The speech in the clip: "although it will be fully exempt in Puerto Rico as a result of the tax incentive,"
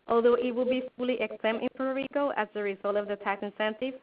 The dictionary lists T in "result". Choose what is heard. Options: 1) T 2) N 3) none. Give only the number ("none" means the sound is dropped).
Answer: 1